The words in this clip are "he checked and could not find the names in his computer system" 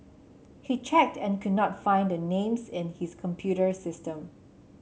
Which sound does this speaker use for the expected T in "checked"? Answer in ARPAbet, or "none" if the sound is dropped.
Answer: T